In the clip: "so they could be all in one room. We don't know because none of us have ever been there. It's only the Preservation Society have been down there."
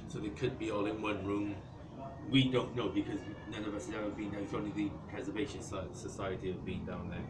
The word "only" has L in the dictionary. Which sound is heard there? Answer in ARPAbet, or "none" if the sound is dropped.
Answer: none